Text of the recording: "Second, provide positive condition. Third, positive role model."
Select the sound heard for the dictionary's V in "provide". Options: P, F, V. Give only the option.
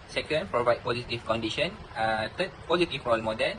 V